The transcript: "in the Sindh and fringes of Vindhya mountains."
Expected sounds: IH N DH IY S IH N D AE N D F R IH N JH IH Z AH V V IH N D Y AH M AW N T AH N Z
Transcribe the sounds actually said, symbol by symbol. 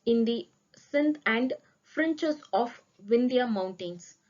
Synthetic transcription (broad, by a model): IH N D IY S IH N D AE N D F R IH N CH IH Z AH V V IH N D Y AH M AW N T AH N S